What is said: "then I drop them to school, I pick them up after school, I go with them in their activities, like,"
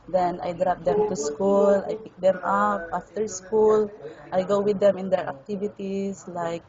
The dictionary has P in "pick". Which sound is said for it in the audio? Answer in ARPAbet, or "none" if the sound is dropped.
P